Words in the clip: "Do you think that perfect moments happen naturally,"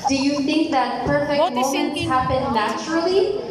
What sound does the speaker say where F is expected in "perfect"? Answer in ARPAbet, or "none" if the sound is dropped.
F